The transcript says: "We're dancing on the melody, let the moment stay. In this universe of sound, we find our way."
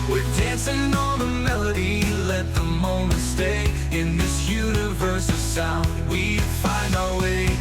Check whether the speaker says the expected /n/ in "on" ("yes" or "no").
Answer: no